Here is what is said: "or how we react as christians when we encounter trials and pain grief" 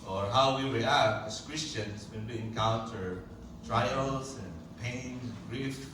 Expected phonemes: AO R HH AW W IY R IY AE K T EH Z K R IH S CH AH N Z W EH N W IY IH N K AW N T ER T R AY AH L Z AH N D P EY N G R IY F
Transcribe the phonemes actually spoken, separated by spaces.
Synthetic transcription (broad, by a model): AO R HH AW W IY W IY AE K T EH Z K R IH S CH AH N S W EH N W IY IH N K AW N T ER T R AY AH L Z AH N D P EY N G R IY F